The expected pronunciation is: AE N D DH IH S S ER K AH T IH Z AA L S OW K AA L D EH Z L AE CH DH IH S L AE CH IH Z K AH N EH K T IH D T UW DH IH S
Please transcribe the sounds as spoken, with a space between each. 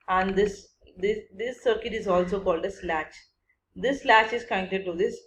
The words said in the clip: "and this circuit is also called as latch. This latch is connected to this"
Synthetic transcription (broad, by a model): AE N D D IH S S ER K AH T IH Z AA L S OW K AA L D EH S L AE CH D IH S L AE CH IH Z K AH EH T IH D T UW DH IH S